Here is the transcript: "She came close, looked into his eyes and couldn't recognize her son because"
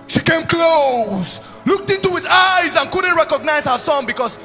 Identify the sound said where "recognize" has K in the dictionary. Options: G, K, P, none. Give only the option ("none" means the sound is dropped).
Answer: K